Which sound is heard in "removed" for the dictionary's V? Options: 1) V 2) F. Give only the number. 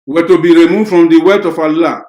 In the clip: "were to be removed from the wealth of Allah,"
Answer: 2